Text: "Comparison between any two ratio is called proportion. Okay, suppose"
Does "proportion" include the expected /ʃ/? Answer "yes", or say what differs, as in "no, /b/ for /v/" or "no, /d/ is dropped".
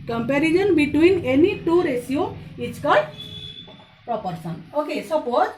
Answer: no, /s/ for /ʃ/